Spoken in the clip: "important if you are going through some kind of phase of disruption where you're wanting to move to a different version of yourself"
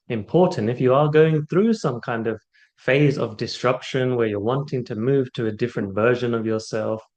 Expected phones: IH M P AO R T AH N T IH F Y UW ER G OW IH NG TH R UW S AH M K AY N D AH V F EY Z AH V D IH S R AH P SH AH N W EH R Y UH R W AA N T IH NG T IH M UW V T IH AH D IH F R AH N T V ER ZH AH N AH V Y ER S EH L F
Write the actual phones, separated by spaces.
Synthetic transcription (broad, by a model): IH M P AO R T N T IH F Y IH ER G OW IH NG TH R UW S AH M K AY N D AH V F EY Z AH V D IH S R AH P SH AH N W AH R Y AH R W AA N T IH NG T IH M UW V T IH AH D IH F R AH N T V ER ZH AH N AH V Y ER S EH L F